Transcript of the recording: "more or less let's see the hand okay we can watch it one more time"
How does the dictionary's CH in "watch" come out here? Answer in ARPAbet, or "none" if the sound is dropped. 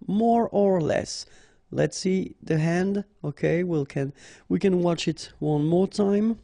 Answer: CH